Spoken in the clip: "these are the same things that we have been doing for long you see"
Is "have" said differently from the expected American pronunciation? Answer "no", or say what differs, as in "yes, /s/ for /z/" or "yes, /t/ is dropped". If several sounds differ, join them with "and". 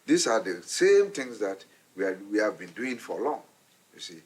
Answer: no